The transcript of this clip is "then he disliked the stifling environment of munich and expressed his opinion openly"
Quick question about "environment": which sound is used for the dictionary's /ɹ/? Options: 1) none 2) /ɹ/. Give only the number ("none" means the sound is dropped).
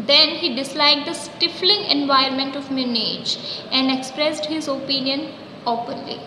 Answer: 1